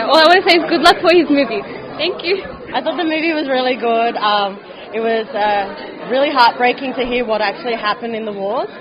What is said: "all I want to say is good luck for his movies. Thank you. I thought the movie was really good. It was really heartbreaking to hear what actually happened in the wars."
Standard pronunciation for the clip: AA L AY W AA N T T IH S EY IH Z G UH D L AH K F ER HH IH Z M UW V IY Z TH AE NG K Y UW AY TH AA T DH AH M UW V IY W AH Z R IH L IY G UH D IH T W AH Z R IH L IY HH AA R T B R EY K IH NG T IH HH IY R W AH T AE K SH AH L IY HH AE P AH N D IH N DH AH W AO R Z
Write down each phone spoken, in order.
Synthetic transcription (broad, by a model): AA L AY W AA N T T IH S EY IH Z G UH D L AH K F ER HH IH Z M UW V IY Z TH AE NG K Y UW AY TH AA T DH AH M UW V IY W AH Z R IH L IY G UH D IH T W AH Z R IH L IY HH AA R T B R EY K IH NG T IH HH IY R W AH T AE K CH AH L IY HH AE P AH N D IH N DH AH W AO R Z